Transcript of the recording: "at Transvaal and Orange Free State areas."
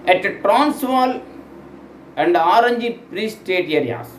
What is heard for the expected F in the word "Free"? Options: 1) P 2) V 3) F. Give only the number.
1